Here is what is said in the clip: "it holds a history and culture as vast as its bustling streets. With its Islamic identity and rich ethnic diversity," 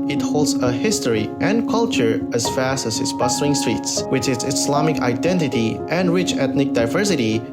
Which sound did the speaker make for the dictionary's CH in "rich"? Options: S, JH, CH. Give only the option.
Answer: CH